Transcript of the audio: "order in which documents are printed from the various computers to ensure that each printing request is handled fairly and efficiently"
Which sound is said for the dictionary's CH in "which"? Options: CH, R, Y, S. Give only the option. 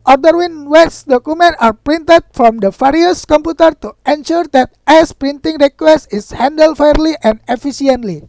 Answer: S